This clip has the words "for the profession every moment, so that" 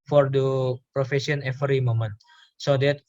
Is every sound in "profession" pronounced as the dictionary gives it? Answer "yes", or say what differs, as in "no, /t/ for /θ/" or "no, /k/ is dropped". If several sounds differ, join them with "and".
no, /s/ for /ʃ/